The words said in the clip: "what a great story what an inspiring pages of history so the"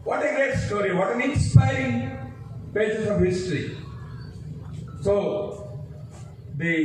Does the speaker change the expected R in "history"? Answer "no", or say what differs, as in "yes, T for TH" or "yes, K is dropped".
no